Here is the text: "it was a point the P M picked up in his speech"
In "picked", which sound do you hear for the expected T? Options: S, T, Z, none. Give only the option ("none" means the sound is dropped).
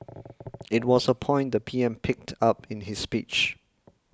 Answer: T